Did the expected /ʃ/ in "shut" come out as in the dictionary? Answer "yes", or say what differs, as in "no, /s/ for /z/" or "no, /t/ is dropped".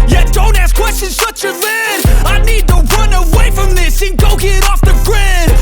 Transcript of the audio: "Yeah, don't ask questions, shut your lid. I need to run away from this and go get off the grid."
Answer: no, /s/ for /ʃ/